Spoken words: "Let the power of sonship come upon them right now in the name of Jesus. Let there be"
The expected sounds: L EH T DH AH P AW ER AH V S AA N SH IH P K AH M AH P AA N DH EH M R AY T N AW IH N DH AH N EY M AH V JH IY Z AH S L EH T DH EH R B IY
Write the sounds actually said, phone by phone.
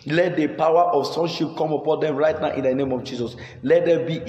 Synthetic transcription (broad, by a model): L EH T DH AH P AW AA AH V S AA N SH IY P K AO M AH P AA N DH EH M R AY T N AW IH N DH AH N EY M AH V JH IY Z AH S L EH T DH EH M B IY